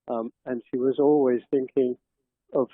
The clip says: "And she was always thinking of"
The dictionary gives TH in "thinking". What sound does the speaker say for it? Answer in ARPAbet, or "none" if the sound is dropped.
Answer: TH